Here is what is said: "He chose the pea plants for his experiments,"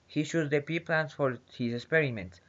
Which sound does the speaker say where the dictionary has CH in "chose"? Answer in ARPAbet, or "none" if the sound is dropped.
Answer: SH